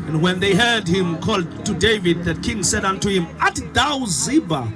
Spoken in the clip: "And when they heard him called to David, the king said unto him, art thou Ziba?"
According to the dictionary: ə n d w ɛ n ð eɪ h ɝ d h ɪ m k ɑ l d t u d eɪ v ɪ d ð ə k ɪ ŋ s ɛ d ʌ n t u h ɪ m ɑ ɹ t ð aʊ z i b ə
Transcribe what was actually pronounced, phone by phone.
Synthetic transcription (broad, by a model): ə n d w ɛ n ð eɪ h ɝ d h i m k ɑ l d t u d eɪ v ɪ d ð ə k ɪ ŋ s ɛ d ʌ n t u h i m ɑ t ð aʊ z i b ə